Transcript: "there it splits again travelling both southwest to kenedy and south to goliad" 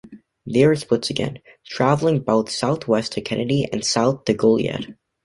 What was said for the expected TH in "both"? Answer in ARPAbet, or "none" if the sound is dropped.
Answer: TH